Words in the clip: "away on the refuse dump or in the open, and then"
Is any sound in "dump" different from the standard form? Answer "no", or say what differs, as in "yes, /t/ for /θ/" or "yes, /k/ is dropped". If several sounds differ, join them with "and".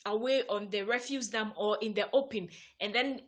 yes, /p/ is dropped